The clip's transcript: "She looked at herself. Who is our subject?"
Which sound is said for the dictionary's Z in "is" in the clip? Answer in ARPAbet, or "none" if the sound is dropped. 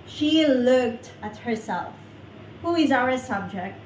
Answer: Z